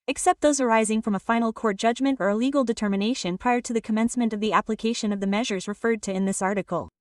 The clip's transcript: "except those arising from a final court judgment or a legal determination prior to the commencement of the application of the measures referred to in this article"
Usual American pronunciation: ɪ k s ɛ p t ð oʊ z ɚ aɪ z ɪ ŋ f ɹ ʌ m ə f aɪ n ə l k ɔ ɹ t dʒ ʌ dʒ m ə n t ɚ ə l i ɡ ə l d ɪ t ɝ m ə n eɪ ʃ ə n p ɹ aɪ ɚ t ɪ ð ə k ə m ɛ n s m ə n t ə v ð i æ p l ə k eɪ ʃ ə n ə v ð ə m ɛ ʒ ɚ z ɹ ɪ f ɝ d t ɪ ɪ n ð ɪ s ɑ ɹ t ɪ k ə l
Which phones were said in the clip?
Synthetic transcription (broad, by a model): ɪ k s ɛ p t ð oʊ z ɚ aɪ z ɪ ŋ f ɹ ʌ m ə f aɪ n l k ɔ ɹ t dʒ ʌ dʒ m ə n t ɚ ə l i ɡ l d ɪ t ɝ m ə n eɪ ʃ ə n p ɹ aɪ ɚ t ɪ ð ə k ə m ɛ n s m ə n t ə v ð i æ p l ə k eɪ ʃ ə n ə v ð ə m ɛ ʒ ɚ z ɹ ɪ f ɝ d t ɪ ɪ n ð ɪ s ɑ ɹ t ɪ k l